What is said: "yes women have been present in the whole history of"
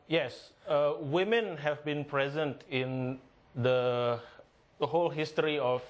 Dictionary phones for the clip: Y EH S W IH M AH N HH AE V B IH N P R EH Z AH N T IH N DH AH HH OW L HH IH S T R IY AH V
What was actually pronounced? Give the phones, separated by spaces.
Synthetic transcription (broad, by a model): Y EH S W IH M AH N HH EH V B IH N P R EH Z AH N T IH N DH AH HH OW L HH IH S T R IY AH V